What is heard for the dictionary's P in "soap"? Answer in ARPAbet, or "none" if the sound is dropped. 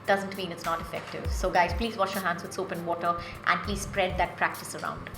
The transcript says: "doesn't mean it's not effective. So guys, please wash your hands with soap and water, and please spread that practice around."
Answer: P